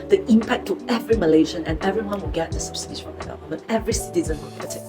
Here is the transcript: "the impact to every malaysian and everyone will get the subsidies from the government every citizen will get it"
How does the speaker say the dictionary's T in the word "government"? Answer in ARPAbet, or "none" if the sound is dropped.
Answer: none